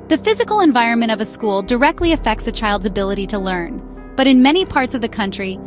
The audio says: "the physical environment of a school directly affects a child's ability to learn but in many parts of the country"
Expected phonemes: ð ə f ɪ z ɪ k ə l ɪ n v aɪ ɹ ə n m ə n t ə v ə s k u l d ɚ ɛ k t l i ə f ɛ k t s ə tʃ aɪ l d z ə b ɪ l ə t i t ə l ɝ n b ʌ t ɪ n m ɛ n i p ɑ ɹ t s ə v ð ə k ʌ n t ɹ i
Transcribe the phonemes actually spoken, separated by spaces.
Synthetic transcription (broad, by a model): ð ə f ɪ z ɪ k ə l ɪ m v aɪ ɹ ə n m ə t ə v ə s k u l d ɚ ɛ k t l i ə f ɛ k t s ə tʃ aɪ l d z ə b ɪ l ə t i t ə l ɝ n b ʌ t ɪ n m ɛ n i p ɑ ɹ t s ə v ð ə k ʌ n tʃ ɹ i